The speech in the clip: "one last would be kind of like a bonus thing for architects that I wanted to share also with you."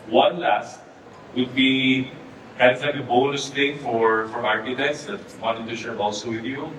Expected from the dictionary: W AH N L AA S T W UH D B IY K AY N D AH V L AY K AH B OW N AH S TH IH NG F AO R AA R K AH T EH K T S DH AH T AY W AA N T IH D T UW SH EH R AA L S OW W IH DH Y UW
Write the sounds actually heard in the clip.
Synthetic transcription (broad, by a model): W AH N L AA S T W UH D B IY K AY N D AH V L AY K AH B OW L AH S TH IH NG F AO R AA R AH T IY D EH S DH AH T W AA N T IH D T UW SH EH R AA L S OW W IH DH Y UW